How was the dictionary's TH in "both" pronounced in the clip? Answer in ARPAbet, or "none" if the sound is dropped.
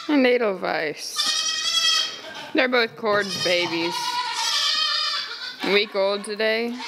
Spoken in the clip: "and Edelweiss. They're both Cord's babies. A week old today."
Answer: TH